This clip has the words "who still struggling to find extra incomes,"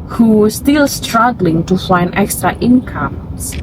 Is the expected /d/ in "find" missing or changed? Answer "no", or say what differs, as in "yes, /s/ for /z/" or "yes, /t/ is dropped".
yes, /d/ is dropped